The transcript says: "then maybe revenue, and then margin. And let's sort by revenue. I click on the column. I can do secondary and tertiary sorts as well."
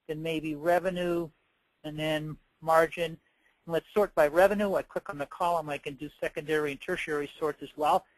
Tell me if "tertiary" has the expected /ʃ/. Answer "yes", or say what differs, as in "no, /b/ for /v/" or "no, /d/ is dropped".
yes